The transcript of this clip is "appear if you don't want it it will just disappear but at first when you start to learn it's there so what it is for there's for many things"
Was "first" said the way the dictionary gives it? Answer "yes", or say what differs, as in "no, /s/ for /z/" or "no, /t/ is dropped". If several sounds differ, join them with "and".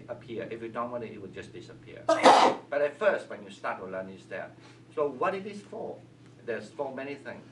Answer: yes